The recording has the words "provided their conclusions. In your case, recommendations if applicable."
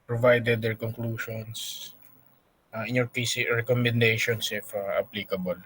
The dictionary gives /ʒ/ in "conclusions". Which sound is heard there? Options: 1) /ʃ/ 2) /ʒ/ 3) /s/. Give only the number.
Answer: 1